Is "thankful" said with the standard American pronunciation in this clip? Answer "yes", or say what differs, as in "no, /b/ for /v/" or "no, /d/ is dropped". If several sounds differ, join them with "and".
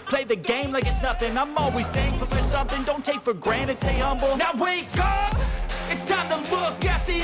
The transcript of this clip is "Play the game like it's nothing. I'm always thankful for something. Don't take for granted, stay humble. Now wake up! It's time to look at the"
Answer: no, /k/ is dropped